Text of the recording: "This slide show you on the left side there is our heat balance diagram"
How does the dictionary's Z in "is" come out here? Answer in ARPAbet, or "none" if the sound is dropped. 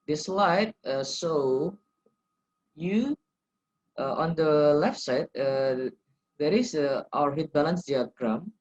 S